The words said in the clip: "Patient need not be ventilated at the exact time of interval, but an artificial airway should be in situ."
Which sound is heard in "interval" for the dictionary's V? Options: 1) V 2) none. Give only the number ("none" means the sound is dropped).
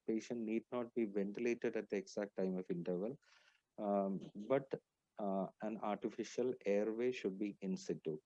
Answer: 1